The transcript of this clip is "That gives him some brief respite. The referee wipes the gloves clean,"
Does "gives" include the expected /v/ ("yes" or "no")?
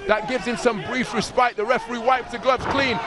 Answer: yes